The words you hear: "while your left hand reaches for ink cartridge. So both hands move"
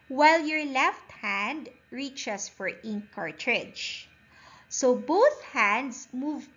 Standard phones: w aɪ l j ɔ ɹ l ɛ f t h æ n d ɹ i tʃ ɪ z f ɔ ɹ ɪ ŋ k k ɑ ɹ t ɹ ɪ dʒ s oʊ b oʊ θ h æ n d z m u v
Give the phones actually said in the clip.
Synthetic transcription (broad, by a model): w aɪ l j ɔ ɹ l ɛ f t h æ n d ɹ i tʃ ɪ s f ɔ ɹ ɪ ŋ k k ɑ ɹ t ɹ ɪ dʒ s oʊ b oʊ θ h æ n d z m u v